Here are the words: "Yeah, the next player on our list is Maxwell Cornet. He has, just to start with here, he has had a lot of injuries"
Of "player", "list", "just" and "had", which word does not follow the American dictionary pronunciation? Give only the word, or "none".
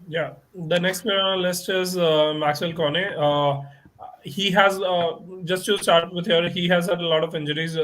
player